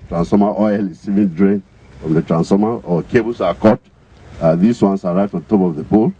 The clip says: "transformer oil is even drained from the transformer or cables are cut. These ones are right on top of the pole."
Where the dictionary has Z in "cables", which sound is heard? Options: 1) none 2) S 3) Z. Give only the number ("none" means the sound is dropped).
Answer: 2